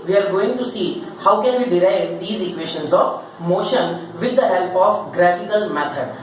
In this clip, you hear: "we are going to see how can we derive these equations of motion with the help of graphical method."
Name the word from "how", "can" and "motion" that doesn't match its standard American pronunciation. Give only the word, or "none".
none